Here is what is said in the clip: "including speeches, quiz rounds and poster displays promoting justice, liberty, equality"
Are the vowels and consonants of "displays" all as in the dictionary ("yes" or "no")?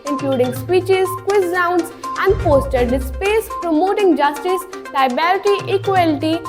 no